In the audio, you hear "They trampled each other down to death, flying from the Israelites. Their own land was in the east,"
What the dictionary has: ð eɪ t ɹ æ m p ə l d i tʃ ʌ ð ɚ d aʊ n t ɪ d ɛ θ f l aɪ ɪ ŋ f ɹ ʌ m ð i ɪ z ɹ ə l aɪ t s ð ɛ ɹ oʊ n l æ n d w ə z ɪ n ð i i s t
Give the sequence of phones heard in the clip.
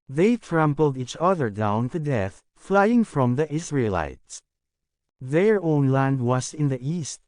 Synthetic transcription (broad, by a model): ð eɪ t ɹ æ m p l d i tʃ ʌ ð ɚ d aʊ n t ɪ d ɛ θ f l aɪ ɪ ŋ f ɹ ʌ m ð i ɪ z ɹ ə l aɪ t s ð ɛ ɹ oʊ n l æ n d w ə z ɪ n ð i i s t